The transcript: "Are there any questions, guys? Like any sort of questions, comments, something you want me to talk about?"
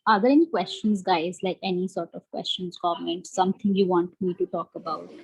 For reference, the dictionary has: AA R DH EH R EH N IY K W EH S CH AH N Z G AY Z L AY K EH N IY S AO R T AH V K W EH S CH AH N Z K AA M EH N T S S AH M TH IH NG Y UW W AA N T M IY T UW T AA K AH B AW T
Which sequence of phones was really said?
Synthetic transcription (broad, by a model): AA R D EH R EH N IY K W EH S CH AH N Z G AY Z L AY K EH N IY S AO R T AH V K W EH S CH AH N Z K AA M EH N T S S AH M T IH NG Y UW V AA N T M IY T UW T AA K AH B AW T